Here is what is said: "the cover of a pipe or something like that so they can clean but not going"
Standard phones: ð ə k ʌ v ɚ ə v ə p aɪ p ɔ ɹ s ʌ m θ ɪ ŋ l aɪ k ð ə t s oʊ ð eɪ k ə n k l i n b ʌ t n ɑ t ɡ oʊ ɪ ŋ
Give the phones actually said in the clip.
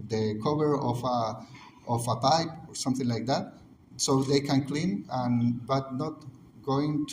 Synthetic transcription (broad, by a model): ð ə k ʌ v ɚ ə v ə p aɪ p ɔ ɹ s ʌ m θ ɪ ŋ l aɪ k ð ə t s oʊ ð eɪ k ə n k l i n b ʌ t n ɑ t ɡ oʊ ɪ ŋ